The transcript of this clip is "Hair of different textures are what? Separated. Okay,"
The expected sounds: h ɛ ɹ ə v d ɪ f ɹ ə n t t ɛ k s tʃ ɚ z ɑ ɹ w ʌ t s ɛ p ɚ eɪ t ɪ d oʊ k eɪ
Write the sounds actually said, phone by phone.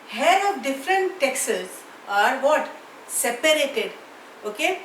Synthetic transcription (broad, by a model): h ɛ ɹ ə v d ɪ f ɹ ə n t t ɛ k s ɚ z ɑ ɹ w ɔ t s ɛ p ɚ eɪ t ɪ d oʊ k eɪ